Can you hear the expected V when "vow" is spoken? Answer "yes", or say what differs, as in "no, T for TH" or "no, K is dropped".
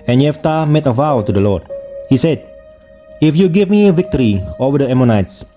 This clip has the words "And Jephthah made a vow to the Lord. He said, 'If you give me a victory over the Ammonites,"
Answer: yes